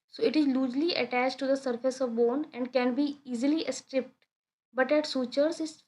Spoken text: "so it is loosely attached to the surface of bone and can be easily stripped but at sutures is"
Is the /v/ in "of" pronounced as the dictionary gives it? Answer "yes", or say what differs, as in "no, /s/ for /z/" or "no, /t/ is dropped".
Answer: yes